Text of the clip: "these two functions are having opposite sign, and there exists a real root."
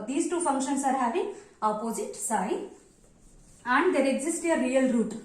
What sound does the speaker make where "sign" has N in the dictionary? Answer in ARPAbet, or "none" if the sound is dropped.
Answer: none